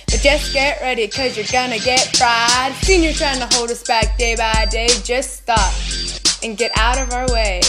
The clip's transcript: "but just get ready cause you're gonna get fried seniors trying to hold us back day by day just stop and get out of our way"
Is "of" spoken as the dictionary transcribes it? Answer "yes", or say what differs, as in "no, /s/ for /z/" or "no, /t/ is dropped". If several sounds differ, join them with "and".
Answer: yes